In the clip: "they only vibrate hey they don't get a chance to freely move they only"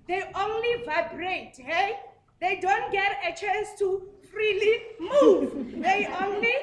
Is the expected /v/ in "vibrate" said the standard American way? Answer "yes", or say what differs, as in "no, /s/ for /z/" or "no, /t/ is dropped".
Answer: yes